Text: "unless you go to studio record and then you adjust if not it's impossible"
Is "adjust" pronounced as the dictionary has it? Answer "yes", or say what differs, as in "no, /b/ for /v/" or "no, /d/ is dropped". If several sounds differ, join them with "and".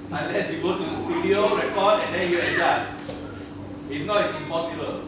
no, /t/ is dropped